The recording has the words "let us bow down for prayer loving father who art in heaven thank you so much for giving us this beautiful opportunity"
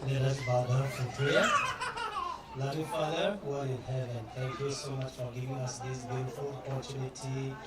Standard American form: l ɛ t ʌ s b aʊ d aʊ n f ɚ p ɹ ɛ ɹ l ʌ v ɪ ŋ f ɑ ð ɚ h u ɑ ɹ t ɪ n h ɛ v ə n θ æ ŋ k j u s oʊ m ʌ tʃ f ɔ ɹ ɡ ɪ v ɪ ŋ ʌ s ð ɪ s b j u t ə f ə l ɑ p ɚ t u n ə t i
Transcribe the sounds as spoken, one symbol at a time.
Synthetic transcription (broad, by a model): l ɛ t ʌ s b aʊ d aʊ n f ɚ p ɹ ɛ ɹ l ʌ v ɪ f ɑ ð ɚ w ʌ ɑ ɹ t ɪ n h ɛ v ə n t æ ŋ k j u s oʊ m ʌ tʃ f ɔ ɹ ɡ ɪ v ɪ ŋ ʌ s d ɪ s b j u t ə f ə l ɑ p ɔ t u n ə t i